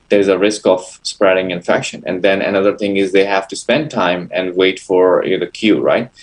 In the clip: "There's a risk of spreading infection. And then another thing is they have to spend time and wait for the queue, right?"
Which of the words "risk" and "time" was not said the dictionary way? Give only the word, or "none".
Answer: none